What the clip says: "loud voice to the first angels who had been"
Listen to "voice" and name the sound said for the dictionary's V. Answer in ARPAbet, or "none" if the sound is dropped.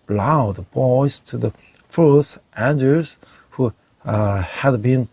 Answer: B